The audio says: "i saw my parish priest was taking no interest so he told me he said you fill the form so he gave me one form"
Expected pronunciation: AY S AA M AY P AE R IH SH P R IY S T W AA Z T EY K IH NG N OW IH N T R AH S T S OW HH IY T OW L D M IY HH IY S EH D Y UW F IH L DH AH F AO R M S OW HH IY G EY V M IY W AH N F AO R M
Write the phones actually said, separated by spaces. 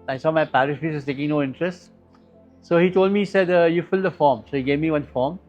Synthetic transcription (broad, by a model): AY S AA M AY P AE R IH SH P IY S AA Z T EY K IH NG N OW IH N T R AH S T S OW HH IY T OW L D M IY IY S EH D Y UW F IH L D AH F AO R M S OW HH IY G EY V M IY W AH N F AO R M